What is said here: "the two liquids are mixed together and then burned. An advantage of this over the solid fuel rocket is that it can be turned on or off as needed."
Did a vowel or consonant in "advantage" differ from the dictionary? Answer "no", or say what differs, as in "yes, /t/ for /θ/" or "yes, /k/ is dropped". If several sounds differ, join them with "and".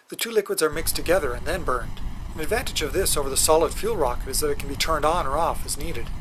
no